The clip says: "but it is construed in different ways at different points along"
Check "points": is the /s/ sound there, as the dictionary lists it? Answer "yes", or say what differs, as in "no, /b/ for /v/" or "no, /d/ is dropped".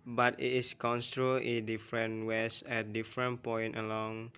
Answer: no, /s/ is dropped